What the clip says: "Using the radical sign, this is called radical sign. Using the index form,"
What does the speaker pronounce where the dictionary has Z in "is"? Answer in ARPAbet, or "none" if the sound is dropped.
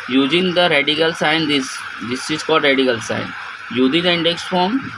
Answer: S